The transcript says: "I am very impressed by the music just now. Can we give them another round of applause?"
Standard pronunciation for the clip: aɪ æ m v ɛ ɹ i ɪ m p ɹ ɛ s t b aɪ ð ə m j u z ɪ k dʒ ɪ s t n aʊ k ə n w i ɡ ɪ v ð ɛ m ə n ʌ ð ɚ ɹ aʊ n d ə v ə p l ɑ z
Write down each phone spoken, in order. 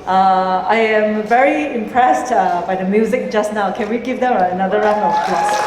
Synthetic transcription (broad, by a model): aɪ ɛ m v ɛ ɹ i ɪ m p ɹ ɛ s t b aɪ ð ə m j u z ɪ k dʒ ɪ s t n aʊ k ə n w i ɡ ɪ v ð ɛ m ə n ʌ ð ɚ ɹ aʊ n ə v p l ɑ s